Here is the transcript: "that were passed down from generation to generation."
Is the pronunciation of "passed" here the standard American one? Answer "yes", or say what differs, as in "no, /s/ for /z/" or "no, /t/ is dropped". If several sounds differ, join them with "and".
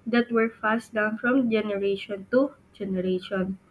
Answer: no, /f/ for /p/